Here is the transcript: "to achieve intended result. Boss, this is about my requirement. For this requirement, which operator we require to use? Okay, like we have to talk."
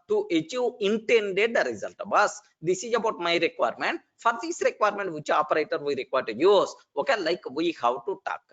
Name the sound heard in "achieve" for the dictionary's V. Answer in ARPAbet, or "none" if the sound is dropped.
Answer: none